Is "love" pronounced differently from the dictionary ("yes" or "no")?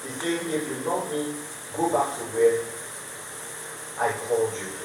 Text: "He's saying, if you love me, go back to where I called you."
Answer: yes